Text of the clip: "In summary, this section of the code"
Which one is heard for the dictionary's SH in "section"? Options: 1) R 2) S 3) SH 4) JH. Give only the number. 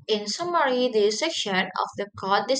3